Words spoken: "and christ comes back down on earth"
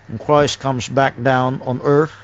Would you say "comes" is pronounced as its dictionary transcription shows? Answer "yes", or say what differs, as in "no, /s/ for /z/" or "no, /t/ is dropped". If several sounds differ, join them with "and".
yes